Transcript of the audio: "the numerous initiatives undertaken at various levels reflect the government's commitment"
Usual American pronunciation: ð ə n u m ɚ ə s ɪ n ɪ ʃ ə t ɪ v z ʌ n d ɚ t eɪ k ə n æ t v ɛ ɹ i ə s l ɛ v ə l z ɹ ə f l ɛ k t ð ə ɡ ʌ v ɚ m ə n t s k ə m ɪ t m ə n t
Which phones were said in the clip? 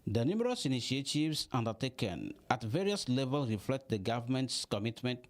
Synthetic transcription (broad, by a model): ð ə n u m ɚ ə s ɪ n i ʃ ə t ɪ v s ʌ n d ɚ t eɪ k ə n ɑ t v ɛ ɹ i ə s l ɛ v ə l s ɹ ə f l ɛ k t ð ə ɡ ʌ v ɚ m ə n t s k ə m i t m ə n t